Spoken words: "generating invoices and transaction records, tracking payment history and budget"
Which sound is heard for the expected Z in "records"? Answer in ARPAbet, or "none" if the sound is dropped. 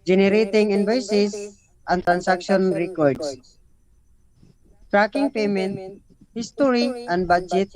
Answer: S